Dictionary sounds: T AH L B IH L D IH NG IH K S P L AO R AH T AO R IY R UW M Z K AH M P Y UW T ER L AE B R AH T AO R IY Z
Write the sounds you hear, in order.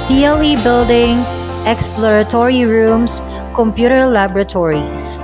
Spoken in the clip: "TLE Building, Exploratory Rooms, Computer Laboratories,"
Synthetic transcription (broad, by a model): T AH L B IH L D IH NG IH K S P L AO R AH T AO R IY R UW M S K AH M P Y UW T ER L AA B R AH T AO R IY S